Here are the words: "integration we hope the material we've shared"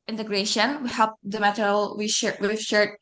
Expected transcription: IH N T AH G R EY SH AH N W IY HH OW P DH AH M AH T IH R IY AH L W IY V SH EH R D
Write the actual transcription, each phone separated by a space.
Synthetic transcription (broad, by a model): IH N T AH G R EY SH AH N W IY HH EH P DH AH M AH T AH W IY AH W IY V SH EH R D